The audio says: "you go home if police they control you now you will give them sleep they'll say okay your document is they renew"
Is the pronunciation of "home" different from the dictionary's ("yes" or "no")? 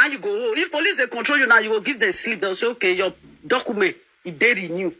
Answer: yes